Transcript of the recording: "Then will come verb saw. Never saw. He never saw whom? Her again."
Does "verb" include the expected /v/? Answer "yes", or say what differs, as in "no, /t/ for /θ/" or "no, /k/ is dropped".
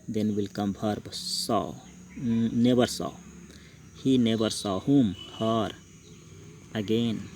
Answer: no, /p/ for /v/